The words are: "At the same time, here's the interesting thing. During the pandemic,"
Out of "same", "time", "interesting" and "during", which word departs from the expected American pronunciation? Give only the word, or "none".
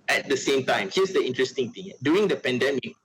during